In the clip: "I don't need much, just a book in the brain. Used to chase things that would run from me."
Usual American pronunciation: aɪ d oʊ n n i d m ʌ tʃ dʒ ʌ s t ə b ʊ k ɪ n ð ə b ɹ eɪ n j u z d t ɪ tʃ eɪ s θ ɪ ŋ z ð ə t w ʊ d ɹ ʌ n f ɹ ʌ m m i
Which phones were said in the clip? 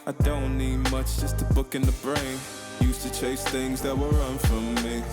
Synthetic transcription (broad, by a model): aɪ d oʊ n n i d m ʌ tʃ dʒ ʌ s t ə b ʊ k ɪ n ð ə b ɹ eɪ n j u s t ɪ tʃ eɪ s θ ɪ ŋ z ð ə t w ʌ ɹ ʌ n f ɹ ʌ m m i